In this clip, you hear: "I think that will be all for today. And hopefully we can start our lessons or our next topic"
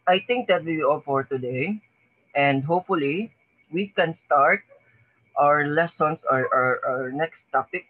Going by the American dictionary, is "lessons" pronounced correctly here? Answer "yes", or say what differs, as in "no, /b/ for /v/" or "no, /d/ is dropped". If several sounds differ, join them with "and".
no, /s/ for /z/